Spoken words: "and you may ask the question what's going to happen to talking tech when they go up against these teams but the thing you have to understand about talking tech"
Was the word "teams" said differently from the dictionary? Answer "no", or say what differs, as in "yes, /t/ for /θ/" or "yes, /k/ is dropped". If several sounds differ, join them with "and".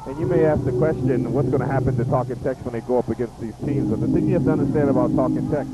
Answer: no